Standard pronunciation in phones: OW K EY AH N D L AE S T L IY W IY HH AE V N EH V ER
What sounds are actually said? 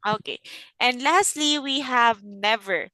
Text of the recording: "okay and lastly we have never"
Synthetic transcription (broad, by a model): OW K EY AH N D L AE S T L IY W IY HH AE V N EH V ER